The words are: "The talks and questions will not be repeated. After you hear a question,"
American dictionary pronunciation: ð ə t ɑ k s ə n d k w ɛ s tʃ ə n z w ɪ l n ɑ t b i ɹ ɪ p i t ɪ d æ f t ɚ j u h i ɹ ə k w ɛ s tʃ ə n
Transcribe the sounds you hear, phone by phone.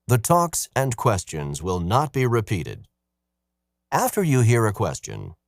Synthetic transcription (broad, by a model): ð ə t ɑ k s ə n k w ɛ s tʃ ə n z w ɪ l n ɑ t b i ɹ ɪ p i t ɪ d æ f t ɚ j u h i ɹ ə k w ɛ s tʃ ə n